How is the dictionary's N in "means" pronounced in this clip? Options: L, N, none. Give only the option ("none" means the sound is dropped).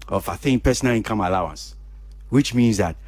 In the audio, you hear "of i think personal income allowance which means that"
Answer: N